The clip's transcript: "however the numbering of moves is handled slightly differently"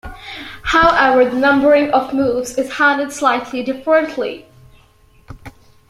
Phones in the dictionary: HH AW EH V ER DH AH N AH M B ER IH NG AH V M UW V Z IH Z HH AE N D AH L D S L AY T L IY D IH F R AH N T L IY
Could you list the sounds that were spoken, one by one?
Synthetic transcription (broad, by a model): HH AW EH V ER DH AH N AH M B ER IH NG AH V M UW V Z IH Z HH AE N D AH D S L AY T L IY D IH F R AH N T L IY